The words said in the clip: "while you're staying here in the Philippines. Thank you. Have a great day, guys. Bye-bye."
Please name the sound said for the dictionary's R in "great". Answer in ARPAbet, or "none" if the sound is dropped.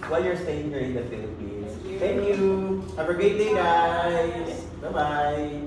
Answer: none